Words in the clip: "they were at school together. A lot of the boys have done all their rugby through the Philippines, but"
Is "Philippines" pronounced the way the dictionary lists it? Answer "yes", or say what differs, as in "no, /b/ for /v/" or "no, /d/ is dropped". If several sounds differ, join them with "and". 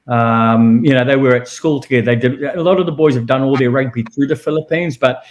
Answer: yes